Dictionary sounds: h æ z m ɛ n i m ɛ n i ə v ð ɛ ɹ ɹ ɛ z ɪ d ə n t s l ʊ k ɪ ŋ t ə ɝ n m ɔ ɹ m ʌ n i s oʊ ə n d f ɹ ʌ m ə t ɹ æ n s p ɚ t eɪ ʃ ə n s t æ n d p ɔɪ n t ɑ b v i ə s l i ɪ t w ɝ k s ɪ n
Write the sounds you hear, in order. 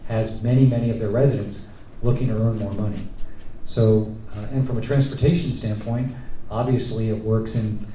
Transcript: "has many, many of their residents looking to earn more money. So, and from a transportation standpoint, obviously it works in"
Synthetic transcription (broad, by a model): h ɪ z m ɛ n i m ɛ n i ə v ð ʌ ɹ ɹ ɛ z ɪ d ə n t s l ʊ k ɪ ŋ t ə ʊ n m ɔ ɹ m ʌ n i s oʊ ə n f ɹ ʌ m ə t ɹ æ n s p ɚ t eɪ ʃ n s t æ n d p ɔɪ n t ɑ b v i ə s l i ɪ t w ɝ k s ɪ n